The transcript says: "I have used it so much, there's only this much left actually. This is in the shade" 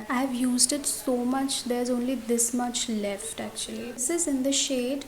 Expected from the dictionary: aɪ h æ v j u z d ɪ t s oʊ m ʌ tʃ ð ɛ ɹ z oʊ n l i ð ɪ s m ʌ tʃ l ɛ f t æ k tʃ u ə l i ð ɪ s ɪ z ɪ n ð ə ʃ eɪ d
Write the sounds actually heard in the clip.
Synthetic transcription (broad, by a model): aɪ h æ v j u z d ɪ t s oʊ m ʌ tʃ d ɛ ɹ z oʊ n l i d ɪ s m ʌ tʃ l ɛ f t æ k tʃ u ə l i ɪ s ɪ z ɪ n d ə ʃ eɪ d